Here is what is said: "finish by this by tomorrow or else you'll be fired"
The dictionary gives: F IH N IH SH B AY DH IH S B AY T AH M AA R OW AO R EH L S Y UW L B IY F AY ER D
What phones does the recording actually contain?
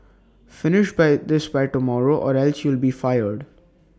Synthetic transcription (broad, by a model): F IH N IH SH B AY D IH S B AY T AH M AA R OW AO R EH L S Y UW L B IY F AY ER D